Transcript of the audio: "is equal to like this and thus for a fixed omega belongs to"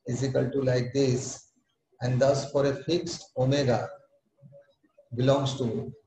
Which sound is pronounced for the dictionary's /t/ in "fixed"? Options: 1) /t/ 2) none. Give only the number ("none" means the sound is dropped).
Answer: 1